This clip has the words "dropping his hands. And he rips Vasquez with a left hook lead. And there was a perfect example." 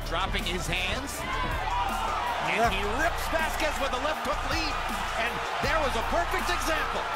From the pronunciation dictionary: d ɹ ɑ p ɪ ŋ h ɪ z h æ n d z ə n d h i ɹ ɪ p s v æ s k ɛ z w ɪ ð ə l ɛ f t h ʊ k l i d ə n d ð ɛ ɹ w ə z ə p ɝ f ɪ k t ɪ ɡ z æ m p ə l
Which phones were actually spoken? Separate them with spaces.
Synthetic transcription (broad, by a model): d ɹ ɑ p ɪ ŋ ɪ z h æ n d z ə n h i ɹ ɪ p s b æ s k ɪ s w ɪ ð ə l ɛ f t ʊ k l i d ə n ð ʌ ɹ w ə z ə p ɝ f ɪ k t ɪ ɡ z æ m p l